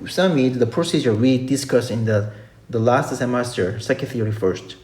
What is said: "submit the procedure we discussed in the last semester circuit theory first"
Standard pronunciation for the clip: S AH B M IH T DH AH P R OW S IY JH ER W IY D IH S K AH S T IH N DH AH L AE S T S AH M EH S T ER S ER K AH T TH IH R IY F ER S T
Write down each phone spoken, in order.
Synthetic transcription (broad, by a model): S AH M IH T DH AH P R OW S IY JH ER W IY D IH S K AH S IH N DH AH L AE S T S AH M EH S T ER S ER K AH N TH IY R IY F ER S T